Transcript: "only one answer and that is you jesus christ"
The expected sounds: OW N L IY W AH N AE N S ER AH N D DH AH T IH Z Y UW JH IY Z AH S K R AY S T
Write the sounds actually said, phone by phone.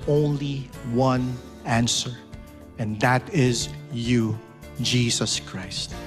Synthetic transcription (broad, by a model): OW N L IY W AH N AE N S ER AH N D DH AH T IH Z Y UW JH IY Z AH S K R AY S T